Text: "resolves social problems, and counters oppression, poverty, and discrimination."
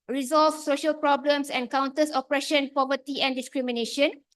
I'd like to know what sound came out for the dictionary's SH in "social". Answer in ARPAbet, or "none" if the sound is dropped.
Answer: SH